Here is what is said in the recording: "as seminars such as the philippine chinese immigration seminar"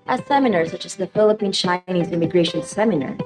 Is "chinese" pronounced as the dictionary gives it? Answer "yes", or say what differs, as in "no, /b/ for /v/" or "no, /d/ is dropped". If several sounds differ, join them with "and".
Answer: yes